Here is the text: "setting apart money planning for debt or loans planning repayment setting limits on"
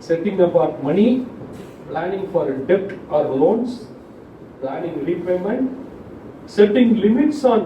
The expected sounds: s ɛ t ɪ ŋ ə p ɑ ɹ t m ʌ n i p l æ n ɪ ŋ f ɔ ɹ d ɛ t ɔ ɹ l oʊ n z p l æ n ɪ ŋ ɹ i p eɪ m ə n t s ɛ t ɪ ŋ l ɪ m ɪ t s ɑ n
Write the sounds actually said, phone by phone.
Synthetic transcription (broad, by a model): s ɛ t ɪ ŋ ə b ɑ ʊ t m ʌ n i p l æ n ɪ ŋ f ɔ ɹ d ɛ t ɔ ɹ l oʊ n s p l æ n ɪ ŋ ɹ i p eɪ m ə n t s ɛ t ɪ ŋ l ɪ m ɪ t s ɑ n